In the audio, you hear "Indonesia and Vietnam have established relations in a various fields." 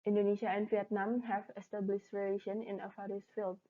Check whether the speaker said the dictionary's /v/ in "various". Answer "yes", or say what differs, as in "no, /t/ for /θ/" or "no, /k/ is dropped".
no, /f/ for /v/